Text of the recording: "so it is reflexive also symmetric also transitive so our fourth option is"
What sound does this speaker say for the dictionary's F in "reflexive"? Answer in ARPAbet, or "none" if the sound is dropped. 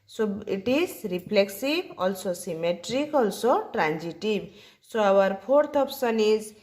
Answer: P